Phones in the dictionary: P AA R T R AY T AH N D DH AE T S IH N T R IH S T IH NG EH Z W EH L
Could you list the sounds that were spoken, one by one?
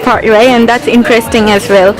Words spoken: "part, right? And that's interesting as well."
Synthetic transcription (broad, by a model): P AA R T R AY AH N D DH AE T S IH N T R IH S T IH NG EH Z W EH L